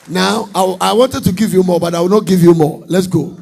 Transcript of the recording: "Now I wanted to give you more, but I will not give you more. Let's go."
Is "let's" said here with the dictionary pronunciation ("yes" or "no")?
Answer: yes